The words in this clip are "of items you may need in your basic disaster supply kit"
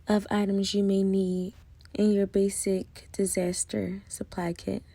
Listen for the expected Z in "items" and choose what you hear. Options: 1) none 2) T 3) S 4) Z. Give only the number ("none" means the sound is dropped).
4